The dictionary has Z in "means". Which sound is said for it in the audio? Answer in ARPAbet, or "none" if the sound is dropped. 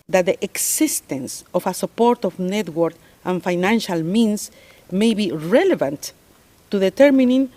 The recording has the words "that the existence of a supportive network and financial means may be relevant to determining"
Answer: S